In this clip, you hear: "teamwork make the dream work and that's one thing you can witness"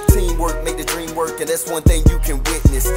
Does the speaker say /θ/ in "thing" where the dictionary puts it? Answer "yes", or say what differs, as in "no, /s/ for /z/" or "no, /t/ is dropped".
yes